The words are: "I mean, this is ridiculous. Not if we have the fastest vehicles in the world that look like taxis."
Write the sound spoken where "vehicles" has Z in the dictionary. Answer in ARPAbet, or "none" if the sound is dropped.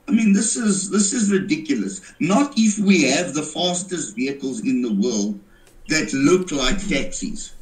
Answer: Z